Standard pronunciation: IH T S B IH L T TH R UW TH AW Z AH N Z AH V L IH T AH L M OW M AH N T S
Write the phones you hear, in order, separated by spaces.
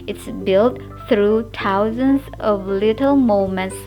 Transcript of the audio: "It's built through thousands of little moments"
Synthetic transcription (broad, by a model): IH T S B IH L T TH R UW T AW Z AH N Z AH V L IH T AH L M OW M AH N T S